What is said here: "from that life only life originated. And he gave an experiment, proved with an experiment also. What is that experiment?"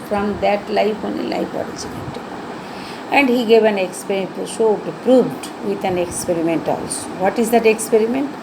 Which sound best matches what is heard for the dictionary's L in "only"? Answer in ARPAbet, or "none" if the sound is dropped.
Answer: none